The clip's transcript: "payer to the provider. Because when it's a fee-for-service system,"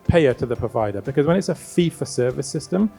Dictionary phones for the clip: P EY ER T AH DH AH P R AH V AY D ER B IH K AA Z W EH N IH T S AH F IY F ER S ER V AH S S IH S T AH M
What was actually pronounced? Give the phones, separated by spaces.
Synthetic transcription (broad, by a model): P EY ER T AH DH AH P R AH V AY D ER B IH K AA Z W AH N IH T S AH F IY F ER S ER V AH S S IH S T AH M